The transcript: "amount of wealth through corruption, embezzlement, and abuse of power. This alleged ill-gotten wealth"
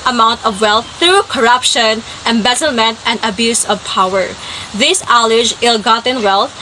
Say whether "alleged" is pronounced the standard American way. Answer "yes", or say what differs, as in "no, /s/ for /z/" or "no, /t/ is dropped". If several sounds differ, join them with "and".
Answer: no, /d/ is dropped